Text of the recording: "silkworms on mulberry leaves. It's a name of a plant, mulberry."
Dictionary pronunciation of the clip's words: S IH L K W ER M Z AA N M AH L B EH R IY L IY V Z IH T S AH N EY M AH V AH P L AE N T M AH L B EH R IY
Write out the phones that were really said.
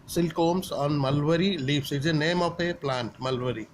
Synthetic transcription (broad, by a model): S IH L K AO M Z AA N M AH L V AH R IY L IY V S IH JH AH N EY M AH P AH P L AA N T M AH L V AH R IY